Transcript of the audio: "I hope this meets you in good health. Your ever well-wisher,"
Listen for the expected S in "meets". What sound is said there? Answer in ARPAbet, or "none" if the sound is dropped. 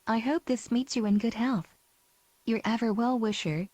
S